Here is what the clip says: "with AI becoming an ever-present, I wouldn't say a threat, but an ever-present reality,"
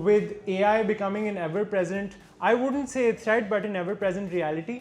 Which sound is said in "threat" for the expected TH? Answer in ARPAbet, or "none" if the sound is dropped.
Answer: S